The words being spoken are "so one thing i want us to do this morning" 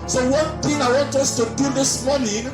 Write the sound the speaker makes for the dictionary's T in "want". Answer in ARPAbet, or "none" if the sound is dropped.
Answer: T